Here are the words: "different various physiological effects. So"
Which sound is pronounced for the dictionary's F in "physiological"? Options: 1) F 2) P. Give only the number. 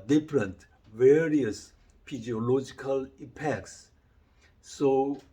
2